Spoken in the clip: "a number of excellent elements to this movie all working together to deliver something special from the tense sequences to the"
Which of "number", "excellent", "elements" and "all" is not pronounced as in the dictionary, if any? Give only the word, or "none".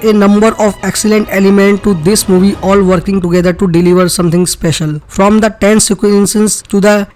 elements